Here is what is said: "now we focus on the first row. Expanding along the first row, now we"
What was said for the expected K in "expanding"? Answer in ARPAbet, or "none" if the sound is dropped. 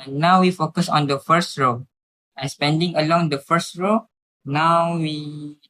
none